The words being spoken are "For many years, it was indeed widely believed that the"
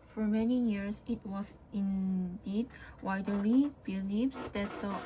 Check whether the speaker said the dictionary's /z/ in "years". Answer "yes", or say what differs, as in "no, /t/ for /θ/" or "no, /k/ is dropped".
no, /s/ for /z/